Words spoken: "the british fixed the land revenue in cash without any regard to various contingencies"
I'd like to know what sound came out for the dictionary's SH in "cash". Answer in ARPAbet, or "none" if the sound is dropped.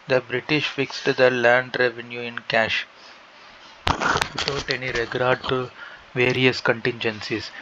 SH